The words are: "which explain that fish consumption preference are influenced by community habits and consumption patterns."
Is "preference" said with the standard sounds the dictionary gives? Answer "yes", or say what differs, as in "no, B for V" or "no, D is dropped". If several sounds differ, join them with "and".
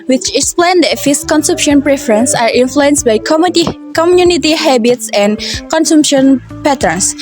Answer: yes